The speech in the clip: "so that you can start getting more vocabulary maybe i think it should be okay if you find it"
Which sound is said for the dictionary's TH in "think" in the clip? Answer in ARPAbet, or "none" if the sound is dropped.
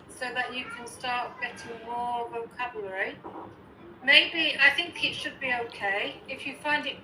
TH